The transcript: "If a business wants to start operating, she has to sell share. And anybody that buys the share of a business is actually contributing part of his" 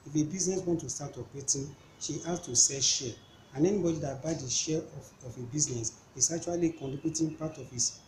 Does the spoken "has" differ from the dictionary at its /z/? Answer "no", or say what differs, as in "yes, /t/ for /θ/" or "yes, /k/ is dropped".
yes, /s/ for /z/